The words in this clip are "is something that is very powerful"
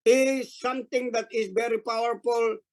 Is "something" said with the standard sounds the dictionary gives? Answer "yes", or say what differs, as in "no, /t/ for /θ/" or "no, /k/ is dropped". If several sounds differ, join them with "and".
no, /t/ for /θ/